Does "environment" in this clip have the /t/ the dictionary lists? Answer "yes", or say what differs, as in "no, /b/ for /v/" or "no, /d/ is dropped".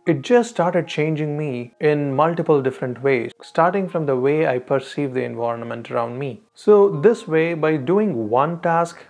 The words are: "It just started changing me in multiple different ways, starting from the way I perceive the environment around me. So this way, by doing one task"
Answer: yes